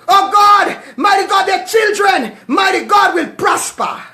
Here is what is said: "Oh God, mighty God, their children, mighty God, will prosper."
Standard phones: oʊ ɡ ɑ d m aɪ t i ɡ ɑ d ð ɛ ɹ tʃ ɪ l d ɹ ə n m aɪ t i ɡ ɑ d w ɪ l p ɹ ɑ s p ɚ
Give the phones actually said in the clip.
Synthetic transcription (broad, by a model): oʊ ɡ ɑ d m aɪ t i ɡ ɑ d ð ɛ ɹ tʃ ɪ l d ɹ ə n m aɪ t i ɡ ɑ d w ɪ l p ɹ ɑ s p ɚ